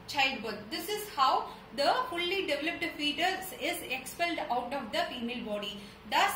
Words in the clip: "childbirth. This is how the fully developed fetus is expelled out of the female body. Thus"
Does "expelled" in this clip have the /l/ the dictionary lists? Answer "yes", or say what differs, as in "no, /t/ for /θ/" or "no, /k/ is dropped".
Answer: yes